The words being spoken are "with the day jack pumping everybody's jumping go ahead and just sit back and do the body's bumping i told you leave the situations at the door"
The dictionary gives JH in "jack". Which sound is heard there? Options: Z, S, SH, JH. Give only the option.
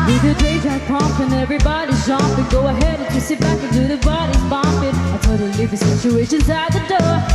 Z